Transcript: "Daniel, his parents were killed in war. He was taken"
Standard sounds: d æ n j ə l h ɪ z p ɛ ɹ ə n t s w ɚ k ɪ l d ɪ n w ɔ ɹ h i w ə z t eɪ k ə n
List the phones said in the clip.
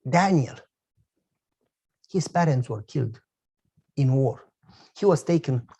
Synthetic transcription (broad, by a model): d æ n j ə l h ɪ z p ɛ ɹ ə n t s w ɚ k ɪ l d ɪ n w ɔ ɹ h i w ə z t eɪ k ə n